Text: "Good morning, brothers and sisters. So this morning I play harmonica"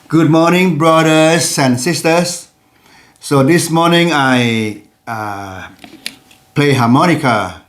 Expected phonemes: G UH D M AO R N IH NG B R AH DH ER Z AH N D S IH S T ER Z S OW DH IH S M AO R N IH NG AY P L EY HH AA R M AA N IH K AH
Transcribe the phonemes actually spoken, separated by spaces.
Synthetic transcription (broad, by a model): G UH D M AO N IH NG B R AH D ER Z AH N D S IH S T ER S OW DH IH S M AO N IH NG AY P L EY HH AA M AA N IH K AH